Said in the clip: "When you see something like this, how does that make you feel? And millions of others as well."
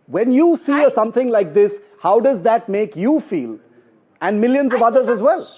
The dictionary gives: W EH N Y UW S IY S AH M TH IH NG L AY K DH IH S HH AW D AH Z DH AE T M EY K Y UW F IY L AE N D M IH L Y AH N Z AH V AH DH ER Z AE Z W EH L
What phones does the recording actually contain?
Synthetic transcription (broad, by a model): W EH N Y UW S IY S AH M T IH NG L AY K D IH S HH AW D AH Z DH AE T M EY K Y UW F IY L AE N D M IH L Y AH N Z AH V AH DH ER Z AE Z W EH L